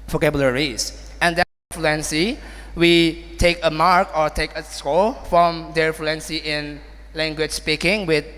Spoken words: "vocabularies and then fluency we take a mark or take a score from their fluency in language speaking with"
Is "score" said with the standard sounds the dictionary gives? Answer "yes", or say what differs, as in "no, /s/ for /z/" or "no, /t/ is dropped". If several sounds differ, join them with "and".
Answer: no, /l/ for /ɹ/